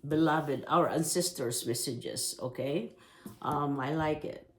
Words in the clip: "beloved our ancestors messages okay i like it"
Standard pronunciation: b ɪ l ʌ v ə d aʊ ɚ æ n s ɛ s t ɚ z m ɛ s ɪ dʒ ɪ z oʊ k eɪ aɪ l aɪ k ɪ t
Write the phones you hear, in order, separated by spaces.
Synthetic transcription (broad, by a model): b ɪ l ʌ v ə d aʊ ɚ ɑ n s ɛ s t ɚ s m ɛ s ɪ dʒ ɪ s oʊ k eɪ aɪ l aɪ k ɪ t